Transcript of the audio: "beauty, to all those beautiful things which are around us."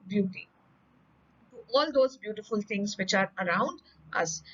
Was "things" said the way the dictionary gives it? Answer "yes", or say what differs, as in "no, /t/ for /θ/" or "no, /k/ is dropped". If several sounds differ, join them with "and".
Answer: no, /t/ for /θ/